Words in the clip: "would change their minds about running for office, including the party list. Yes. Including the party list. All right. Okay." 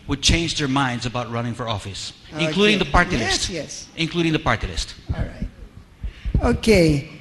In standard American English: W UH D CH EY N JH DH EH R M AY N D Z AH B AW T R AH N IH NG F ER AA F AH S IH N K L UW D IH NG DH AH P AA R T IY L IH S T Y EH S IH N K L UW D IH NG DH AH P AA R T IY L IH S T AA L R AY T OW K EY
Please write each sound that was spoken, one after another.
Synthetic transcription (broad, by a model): W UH D CH EY N JH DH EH R M AY N D Z AH B AW T R AH N IH NG F ER AA F AH S IH N K L UW D IH NG DH AH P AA R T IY L IH S T Y EH S IH N K L UW D IH NG DH AH P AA R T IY L IH S T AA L R AY T OW K EY